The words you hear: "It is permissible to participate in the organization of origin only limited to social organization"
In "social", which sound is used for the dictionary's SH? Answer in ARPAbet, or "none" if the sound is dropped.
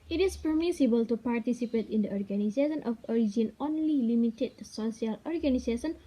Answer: none